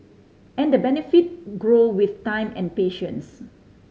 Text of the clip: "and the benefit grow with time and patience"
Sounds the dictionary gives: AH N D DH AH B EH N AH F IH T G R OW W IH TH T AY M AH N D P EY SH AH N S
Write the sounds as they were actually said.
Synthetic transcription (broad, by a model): AH N D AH B EH N AH F IH T G R OW W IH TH T AY M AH N P EY SH AH N S